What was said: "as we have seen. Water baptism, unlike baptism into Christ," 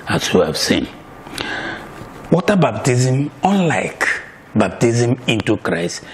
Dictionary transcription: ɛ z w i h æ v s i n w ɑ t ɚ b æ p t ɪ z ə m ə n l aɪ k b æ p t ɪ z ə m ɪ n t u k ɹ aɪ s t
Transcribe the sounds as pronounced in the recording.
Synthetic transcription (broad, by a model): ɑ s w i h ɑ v s i n w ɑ t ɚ b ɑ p t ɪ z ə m ə n l aɪ k b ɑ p t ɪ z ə m ɪ n t u k ɹ aɪ s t